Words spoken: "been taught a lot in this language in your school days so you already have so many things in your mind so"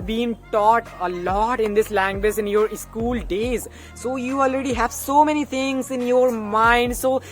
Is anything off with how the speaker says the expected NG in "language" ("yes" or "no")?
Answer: no